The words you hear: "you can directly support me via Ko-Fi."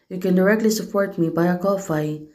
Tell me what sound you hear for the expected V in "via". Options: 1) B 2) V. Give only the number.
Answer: 1